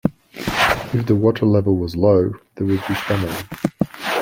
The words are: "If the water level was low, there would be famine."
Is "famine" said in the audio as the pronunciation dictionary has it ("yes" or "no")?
no